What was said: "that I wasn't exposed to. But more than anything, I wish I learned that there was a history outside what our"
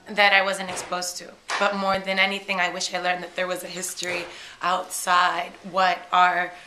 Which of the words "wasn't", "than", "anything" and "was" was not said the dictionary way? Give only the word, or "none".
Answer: none